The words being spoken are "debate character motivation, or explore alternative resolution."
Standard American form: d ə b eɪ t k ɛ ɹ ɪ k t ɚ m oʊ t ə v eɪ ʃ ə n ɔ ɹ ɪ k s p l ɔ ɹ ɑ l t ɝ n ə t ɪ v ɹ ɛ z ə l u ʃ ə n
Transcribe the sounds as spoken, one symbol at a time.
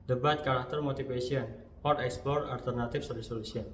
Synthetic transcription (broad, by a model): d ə b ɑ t k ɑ ɹ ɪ k t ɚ m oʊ t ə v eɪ s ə n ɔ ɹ ɪ k s p l ɔ ɹ ɑ l t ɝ n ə t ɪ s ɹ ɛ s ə l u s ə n